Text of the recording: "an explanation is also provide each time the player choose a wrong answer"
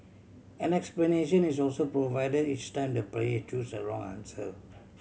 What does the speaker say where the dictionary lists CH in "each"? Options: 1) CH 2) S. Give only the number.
1